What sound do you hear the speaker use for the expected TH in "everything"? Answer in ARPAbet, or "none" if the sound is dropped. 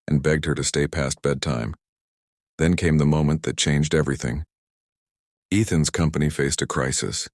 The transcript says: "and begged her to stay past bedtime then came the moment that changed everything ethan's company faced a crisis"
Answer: TH